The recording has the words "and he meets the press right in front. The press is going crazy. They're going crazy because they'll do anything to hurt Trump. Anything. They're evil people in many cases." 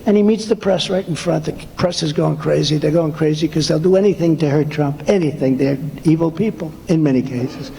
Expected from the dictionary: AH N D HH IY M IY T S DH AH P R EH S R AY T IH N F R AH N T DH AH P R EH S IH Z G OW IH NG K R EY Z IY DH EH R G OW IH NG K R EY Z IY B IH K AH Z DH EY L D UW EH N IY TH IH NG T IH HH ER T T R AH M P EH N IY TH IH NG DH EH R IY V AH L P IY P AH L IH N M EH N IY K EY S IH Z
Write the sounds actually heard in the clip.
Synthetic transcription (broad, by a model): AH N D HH IY M IY T S DH AH P R EH S R AY T N F R AH N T DH AH P R EH S IH Z G OW IH NG K R EY Z IY DH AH R G OW IH NG K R EY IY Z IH K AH Z DH EY L D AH EH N IY TH IH NG T IH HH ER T T R AH M P EH N IY TH IH NG DH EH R IY V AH L P IY P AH L IH N M EH N IY K EY S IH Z